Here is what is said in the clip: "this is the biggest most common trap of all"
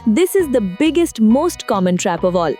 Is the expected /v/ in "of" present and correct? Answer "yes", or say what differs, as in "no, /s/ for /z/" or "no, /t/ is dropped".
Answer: yes